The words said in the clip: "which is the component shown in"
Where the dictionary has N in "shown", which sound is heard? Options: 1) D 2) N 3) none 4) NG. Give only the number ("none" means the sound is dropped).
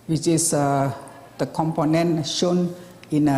2